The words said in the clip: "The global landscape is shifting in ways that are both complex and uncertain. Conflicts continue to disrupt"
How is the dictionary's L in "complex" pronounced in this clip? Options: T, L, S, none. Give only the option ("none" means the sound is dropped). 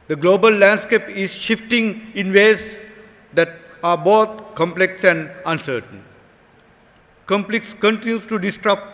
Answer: L